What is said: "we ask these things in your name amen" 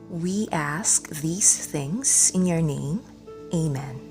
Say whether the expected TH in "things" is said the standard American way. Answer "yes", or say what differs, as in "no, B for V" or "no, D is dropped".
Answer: yes